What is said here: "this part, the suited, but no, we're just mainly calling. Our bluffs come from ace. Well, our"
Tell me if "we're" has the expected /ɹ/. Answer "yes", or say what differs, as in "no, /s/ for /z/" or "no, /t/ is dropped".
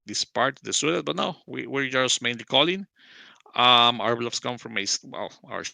yes